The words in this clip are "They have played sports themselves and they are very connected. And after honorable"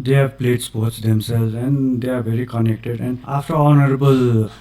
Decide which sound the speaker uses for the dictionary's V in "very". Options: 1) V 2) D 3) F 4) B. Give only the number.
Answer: 4